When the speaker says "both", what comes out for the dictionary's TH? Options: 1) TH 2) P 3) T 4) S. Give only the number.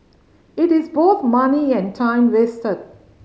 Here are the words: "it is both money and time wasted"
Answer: 3